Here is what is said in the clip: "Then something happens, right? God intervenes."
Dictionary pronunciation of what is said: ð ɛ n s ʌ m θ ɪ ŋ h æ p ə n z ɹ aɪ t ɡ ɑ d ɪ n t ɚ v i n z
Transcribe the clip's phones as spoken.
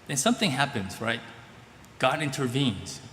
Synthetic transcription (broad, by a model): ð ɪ n s ʌ m θ ɪ ŋ h æ p ə n z ɹ aɪ t ɡ ɑ d ɪ n t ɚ v i n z